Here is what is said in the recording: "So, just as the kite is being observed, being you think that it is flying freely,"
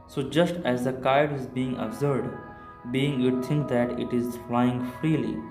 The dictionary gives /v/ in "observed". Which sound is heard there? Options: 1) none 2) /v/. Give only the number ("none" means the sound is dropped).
1